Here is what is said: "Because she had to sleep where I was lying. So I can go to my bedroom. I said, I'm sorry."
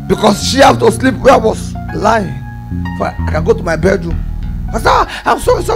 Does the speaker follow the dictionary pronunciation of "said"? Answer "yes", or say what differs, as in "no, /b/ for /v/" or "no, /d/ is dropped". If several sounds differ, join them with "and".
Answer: no, /d/ is dropped